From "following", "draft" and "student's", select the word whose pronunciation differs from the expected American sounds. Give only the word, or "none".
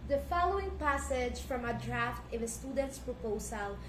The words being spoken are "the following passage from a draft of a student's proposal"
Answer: none